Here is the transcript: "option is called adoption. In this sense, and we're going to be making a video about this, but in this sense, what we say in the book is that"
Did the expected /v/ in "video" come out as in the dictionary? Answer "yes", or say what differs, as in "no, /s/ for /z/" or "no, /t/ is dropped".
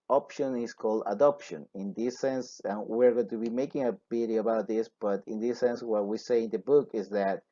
no, /b/ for /v/